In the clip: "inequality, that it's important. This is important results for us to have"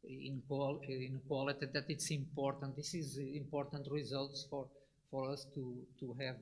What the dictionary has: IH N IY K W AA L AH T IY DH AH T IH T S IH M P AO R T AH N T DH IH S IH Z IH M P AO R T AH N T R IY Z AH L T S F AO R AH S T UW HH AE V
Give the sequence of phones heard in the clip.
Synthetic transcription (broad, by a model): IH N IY K W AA L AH T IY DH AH T IH T S IH M P AO R T AH N T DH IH S IH Z IH M P AO R T AH N T R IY Z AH L T S F AO R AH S T UW HH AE V